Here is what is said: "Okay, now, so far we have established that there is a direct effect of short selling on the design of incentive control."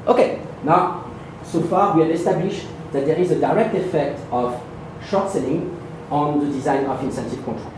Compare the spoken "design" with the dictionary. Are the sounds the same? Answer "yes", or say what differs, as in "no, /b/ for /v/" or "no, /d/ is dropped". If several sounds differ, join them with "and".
yes